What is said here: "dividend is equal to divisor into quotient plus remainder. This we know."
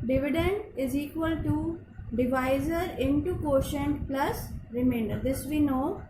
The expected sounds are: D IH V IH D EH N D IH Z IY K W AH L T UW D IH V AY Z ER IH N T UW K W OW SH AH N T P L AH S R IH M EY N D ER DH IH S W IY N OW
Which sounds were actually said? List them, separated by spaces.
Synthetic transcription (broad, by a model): D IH V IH D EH N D IH Z IY K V AH L T UW D IH V AY Z ER IH N T UW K OW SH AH N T P L AH S R IH M EY N D ER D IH S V IY N OW